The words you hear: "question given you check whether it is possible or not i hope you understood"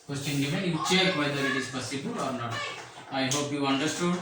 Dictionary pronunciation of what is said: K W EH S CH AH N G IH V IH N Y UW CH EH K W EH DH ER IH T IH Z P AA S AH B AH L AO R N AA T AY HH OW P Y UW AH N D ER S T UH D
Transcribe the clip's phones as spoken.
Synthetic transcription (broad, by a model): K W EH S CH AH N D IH F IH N Y UW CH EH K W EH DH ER IH T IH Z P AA S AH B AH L AO R N AA T AY HH OW P Y UW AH N D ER S T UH D